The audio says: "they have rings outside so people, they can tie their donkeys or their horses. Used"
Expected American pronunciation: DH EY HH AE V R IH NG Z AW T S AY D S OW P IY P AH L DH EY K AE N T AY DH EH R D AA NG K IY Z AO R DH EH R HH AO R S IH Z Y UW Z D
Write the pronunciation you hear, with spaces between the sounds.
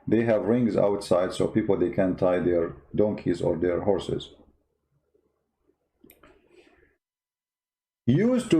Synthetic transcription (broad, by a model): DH EY HH AE V R IH NG Z AW T S AY D S OW P IY P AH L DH EY K AE N T AY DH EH R D AA NG K IY Z AO R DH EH R HH AO R S IH Z Y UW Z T